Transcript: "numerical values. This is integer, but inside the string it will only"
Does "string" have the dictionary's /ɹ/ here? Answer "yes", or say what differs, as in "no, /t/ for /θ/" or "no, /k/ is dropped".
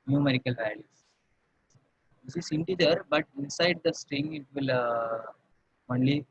yes